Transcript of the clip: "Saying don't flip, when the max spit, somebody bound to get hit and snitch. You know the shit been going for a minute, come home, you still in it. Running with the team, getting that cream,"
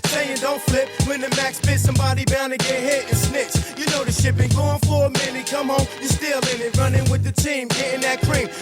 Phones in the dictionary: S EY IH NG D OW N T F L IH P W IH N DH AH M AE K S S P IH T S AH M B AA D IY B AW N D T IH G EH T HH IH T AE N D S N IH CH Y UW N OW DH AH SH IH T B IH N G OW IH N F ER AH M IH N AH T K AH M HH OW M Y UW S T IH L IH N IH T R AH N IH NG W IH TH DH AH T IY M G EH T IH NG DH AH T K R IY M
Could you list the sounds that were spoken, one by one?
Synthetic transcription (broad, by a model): S EY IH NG D OW N T F L IH P W IH N DH AH M AE K S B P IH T S AH M B AA D IY B AW N D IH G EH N HH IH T N S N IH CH Y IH N OW DH AH SH IH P IH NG G OW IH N F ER AH M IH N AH K AH M HH OW M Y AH S T IH L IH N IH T R AH N IH NG W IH DH AH T IY M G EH T IH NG DH AH T K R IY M